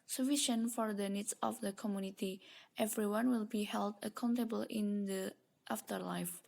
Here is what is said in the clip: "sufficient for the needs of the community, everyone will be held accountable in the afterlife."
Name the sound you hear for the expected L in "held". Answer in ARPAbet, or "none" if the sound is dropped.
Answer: L